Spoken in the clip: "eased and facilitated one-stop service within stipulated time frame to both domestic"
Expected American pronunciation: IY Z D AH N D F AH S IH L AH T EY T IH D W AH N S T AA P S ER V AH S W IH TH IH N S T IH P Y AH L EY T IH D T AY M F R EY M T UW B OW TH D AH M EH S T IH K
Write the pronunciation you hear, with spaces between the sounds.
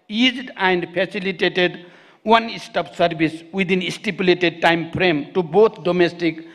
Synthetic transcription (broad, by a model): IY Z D AH N D P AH S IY L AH T EY T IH D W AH N S T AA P S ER B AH S W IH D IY N S T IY P Y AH L EY T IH D T AY M P R EY M T UW B OW T D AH M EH S T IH K